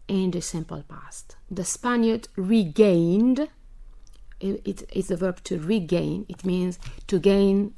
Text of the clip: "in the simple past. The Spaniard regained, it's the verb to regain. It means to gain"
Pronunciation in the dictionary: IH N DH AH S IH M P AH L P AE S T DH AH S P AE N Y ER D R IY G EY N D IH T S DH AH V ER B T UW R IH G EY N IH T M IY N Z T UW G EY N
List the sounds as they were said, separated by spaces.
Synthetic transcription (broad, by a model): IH N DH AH S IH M P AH L P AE S T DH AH S P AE N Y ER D R IY G EY N D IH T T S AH V ER B T UW R IH G EY N IH T M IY N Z T UW G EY N